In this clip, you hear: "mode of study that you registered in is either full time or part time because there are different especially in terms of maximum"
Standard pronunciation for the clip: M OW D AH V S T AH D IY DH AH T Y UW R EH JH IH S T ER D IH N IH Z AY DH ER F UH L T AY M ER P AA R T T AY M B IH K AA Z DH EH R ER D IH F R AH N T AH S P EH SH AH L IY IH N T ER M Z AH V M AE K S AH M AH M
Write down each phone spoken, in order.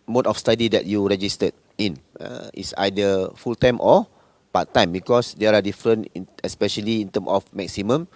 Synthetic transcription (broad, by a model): M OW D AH F S T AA D IY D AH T Y UW R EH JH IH S T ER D IH N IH S AY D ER F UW L T AY M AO P AA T T AY M B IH K AA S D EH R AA D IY F R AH N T AH S P EH SH AH L IY IH N T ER M AH F M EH K S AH M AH M